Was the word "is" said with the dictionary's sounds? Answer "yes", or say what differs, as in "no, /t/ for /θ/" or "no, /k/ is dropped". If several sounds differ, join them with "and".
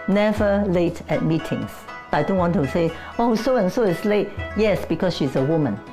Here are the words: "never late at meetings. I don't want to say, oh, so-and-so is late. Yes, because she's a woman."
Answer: no, /s/ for /z/